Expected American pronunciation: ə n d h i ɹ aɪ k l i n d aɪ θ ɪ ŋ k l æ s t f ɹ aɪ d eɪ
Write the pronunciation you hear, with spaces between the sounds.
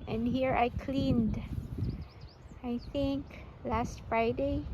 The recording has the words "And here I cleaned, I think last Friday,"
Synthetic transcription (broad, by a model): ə n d h i ɹ aɪ k l i n d aɪ θ ɪ ŋ k l æ s t f ɹ aɪ d eɪ